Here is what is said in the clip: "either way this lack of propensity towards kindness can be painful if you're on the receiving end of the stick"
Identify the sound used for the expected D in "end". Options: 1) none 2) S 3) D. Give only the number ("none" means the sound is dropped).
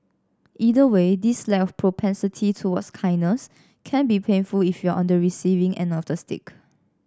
1